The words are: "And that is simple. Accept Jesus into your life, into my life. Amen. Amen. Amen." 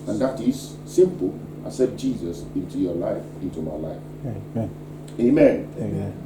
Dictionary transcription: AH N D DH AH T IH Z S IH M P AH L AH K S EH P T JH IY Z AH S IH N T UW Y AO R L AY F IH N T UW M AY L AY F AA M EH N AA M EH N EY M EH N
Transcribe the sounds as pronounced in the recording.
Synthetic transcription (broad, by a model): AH N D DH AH T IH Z S IH M P AH L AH S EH T JH IY Z AH S IH N T UW Y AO L AY F IH N T UW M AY L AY AA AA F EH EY M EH N